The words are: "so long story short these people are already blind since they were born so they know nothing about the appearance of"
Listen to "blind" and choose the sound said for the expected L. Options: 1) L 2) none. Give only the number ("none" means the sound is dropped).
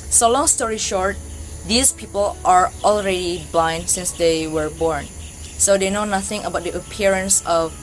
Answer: 1